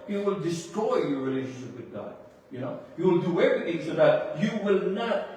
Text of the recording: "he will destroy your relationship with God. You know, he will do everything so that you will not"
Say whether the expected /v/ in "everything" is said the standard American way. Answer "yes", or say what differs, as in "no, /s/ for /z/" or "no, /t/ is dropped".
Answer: yes